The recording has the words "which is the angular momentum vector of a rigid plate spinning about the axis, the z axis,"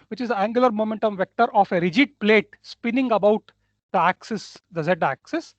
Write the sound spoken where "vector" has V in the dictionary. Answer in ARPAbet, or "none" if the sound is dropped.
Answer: V